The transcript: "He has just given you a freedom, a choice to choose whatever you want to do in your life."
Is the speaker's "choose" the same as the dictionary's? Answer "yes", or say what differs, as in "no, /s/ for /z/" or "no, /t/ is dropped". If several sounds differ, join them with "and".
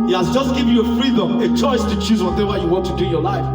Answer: yes